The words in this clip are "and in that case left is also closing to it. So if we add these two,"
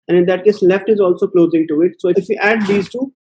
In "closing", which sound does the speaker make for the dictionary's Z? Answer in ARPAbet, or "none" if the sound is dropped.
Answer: Z